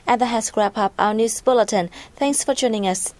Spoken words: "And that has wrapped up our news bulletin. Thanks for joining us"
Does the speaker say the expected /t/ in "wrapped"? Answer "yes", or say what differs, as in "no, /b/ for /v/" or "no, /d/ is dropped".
no, /t/ is dropped